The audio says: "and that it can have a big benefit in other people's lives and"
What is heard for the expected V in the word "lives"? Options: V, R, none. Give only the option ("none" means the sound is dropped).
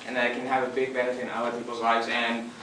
V